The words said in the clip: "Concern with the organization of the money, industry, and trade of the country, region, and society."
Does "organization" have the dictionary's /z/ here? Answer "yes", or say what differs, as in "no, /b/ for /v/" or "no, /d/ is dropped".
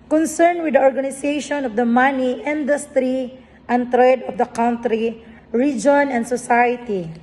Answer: no, /s/ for /z/